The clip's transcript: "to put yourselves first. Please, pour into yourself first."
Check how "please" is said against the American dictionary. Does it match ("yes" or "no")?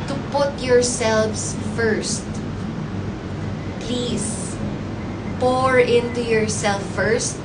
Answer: no